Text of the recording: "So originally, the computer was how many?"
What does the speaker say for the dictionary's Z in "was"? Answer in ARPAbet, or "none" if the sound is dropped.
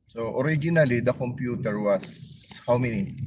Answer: S